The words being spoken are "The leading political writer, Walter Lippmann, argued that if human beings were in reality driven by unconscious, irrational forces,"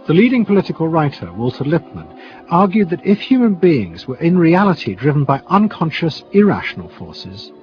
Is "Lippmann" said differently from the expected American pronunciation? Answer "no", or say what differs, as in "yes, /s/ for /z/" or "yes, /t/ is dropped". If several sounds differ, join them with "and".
no